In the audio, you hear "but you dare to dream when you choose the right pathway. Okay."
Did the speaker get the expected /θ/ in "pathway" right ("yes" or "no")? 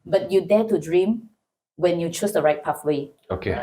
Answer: no